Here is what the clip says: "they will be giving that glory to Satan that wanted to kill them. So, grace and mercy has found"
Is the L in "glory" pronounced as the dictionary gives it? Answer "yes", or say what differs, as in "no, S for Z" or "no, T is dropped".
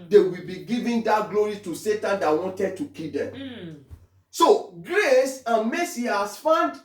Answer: yes